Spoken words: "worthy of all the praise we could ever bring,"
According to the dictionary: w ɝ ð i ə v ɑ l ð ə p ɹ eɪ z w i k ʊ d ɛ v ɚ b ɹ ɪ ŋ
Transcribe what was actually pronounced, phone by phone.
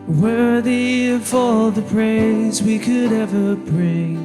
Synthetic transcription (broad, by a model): w ɝ ð i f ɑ ð ə p ɹ eɪ z w i k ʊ d ɛ v ɚ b ɹ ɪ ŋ